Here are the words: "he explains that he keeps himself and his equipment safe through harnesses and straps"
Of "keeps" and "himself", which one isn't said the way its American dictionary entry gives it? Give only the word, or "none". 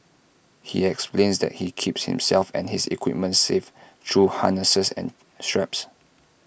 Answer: none